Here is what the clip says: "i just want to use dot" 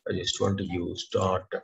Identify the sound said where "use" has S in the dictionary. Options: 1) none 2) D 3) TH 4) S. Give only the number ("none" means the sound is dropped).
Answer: 4